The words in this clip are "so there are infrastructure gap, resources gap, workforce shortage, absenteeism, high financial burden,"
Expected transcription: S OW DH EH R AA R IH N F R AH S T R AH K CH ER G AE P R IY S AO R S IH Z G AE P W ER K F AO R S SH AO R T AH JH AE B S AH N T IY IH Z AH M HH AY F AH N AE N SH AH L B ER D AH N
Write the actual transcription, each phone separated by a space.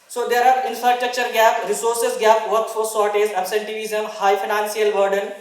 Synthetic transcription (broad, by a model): S OW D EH R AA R IH N F R AH S T R AH K CH ER G AE P R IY S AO R S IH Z G AE P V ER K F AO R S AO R T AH Z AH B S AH N T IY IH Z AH M HH AY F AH N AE N S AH L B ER D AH N